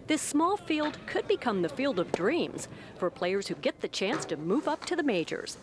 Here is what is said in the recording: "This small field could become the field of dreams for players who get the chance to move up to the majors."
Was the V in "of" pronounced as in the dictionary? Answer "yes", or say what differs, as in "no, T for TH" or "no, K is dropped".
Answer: yes